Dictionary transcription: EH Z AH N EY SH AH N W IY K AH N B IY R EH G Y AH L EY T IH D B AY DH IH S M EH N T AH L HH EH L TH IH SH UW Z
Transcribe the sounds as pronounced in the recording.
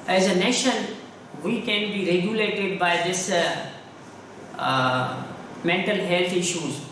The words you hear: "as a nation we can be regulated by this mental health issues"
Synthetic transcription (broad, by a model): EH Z AH N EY SH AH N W IY K AH N B IY R EH G Y AH L EY T IH D B AY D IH S M EH N T AH L HH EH L T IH SH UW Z